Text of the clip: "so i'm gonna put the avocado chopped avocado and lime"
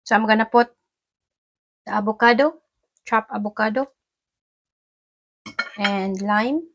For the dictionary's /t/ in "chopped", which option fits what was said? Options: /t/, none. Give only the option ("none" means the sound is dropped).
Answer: none